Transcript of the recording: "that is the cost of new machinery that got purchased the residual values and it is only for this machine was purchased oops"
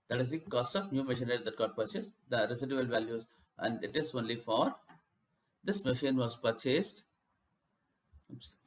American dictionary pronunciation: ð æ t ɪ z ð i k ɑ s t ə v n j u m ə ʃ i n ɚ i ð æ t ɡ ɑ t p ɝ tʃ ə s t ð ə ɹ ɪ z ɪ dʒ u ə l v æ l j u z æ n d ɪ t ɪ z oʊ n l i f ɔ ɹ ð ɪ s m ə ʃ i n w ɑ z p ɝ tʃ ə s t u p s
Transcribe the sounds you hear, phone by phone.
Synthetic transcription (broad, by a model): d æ t ɪ z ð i k ɑ s t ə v n j u m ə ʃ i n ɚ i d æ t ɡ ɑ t p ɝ tʃ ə s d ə ɹ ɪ s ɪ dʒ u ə l v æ l j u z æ n d ɪ t ɪ z oʊ n l i f ɔ ɹ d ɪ s m ə ʃ i n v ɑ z p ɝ tʃ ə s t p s